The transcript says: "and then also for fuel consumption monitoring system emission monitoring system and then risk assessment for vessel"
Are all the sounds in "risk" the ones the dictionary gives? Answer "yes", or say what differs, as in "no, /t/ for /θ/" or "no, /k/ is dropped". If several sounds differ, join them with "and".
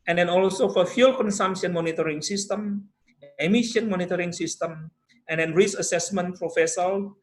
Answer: no, /k/ is dropped